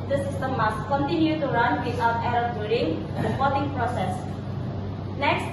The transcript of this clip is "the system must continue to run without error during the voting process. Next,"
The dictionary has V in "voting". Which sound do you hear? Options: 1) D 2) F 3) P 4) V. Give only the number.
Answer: 3